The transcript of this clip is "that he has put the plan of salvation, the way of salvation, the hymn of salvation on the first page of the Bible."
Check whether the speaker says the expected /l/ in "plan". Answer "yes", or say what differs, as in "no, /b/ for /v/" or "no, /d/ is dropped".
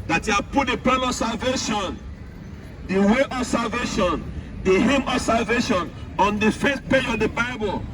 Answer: no, /l/ is dropped